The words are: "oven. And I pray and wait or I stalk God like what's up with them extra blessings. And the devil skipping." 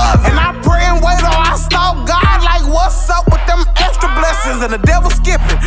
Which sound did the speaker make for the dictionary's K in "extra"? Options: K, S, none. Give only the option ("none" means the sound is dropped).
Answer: none